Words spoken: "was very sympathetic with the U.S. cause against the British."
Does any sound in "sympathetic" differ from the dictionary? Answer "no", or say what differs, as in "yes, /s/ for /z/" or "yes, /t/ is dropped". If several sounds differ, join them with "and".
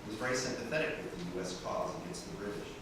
no